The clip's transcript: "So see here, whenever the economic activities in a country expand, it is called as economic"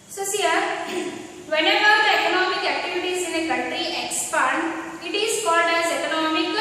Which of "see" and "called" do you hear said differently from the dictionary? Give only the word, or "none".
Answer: none